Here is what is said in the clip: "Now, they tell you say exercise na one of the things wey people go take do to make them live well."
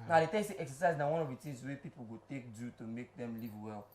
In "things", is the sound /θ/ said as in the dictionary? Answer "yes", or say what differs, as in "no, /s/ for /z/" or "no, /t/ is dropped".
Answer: no, /t/ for /θ/